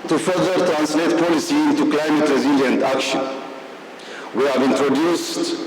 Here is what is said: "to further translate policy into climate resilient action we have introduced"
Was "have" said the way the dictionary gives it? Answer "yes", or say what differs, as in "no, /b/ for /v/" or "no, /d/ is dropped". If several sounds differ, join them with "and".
yes